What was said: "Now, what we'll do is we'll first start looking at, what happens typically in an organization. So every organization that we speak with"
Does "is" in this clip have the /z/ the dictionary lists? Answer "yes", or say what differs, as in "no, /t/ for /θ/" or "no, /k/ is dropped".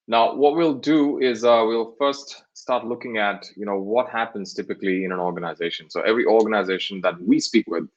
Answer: yes